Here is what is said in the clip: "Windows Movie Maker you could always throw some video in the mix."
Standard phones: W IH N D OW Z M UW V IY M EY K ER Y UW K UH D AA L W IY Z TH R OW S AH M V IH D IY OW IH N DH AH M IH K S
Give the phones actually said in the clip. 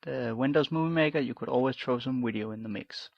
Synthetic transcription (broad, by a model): W IH N D OW Z M UW V IY M EY K ER Y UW K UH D AA L W IY Z T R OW S AH M W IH D IY OW IH N DH AH M IH K S